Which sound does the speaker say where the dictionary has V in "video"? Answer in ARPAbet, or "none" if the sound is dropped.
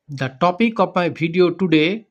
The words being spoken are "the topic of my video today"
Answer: B